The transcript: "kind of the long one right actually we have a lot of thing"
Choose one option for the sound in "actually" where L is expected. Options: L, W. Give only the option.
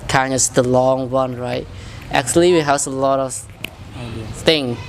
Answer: L